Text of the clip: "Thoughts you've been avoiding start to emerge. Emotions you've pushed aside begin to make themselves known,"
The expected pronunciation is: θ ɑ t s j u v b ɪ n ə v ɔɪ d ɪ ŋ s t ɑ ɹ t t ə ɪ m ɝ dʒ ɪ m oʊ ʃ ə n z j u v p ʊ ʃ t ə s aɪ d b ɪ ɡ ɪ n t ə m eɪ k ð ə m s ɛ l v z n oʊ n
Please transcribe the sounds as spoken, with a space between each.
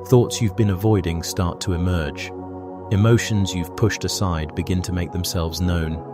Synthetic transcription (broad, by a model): θ ɑ t s j u v b ɪ n ə v ɔɪ d ɪ ŋ s t ɑ ɹ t t ə ɪ m ɝ dʒ ɪ m oʊ ʃ ə n z j u v p ʊ ʃ t ə s aɪ d b ɪ ɡ ɪ n t ə m eɪ k ð ə m s ɛ l v z n oʊ n